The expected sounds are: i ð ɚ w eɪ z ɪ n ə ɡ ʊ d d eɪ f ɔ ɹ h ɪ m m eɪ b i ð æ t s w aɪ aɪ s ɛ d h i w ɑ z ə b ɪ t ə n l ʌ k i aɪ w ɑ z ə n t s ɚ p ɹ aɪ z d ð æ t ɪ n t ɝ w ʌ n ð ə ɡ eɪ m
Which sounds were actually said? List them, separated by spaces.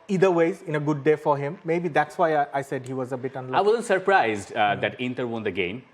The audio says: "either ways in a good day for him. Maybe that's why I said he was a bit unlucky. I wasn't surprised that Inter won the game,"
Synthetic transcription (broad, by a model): i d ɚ w eɪ z ɪ n ə ɡ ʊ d d eɪ f ɔ ɹ h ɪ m m eɪ b i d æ t s w aɪ aɪ s ɛ d h i w ɑ z ə b ɪ t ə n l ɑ i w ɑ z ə n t s ɚ p ɹ aɪ z d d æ t ɪ n t ɝ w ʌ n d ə ɡ eɪ m